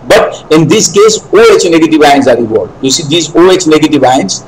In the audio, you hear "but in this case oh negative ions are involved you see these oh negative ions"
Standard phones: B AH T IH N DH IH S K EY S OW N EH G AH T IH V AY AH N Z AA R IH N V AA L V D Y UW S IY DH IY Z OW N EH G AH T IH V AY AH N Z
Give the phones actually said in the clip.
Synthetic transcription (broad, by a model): B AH T IH N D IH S K EY S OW N EH G AH T IH V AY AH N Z AA R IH V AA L D Y UW S IY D IY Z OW N EH G AH T IH V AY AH N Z